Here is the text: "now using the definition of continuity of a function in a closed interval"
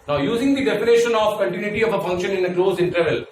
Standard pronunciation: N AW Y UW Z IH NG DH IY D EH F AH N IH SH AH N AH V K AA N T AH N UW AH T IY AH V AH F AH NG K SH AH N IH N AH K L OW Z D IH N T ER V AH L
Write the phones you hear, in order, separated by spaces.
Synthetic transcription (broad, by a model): N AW Y UW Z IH NG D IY D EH P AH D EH SH AH N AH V K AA N T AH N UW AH T IY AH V AH F AH NG K SH AH N IH N AH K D OW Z IH N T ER V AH L